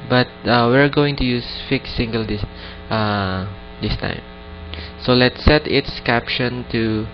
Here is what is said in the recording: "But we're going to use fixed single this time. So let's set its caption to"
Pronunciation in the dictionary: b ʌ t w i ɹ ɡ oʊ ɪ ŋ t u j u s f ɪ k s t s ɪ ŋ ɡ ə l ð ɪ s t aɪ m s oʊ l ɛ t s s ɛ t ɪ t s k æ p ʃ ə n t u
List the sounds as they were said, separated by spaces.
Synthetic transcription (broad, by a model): b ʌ t w i ɹ ɡ oʊ ɪ ŋ t u j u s f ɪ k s s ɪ ŋ ɡ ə l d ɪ s t aɪ m s oʊ l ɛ t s s ɛ t ɪ t s k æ p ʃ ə n t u